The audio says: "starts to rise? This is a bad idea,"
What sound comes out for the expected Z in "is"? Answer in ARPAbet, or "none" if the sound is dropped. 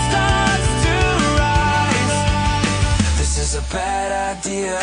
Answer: Z